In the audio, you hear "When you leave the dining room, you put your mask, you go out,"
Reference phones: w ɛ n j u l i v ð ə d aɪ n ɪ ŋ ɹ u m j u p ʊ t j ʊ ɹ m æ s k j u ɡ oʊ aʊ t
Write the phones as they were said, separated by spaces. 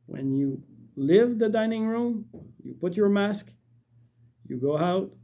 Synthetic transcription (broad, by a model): w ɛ n j u l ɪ v ð ə d aɪ n ɪ ŋ ɹ u m j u p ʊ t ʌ ɹ m æ s k j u ɡ oʊ aʊ t